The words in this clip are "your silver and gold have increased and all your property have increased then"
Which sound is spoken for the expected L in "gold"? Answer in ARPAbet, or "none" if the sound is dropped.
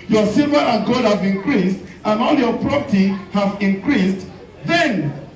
none